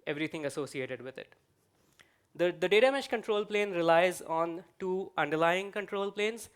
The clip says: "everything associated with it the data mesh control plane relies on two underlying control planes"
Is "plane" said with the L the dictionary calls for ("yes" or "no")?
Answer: yes